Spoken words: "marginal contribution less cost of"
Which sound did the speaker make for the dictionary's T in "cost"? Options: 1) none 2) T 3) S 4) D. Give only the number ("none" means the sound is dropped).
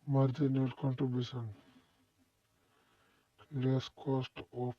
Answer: 2